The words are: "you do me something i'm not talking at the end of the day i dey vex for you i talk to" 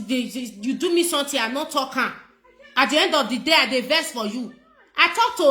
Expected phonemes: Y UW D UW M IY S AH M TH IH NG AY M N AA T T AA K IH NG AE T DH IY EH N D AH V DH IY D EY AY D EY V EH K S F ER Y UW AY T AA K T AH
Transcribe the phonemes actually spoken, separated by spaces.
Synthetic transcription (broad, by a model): Y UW D UW M IY S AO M T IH AY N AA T T AA K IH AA T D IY EH N D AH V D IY D EY AY D EY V EH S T F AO Y UW AY T AA K T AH